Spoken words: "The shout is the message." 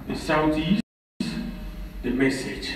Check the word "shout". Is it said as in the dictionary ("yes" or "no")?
no